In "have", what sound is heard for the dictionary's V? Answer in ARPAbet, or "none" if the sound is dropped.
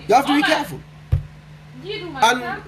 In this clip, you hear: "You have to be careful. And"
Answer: F